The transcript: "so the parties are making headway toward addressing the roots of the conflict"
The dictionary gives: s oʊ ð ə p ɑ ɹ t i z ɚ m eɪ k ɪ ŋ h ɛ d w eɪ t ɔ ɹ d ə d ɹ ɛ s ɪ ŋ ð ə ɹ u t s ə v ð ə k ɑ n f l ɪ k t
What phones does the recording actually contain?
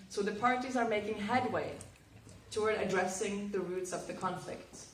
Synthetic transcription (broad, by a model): s oʊ ð ə p ɑ ɹ t i z ɚ m eɪ k ɪ ŋ h ɛ d w eɪ t ɔ ɹ d ə d ɹ ɛ s ɪ ŋ ð ə ɹ u t s ə v ð ə k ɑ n f l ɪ k t